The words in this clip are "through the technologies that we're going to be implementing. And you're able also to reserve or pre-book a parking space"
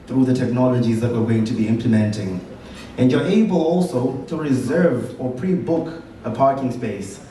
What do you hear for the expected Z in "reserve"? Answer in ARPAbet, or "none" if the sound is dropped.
Z